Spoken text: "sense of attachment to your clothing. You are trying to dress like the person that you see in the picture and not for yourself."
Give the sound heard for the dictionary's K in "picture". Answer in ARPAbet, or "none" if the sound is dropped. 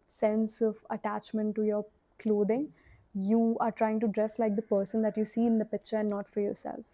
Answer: K